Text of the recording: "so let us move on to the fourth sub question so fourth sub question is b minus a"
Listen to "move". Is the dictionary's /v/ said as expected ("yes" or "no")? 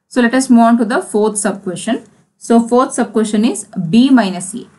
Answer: no